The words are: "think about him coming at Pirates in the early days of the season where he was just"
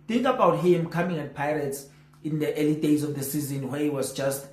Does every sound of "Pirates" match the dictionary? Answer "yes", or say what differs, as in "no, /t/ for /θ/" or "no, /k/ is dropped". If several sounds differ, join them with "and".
yes